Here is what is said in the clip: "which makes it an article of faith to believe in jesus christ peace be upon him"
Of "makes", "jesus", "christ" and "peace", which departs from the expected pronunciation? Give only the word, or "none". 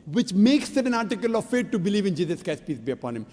christ